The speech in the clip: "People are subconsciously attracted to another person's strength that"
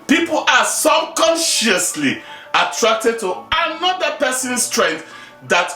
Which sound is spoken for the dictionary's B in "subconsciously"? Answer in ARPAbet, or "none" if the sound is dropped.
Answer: none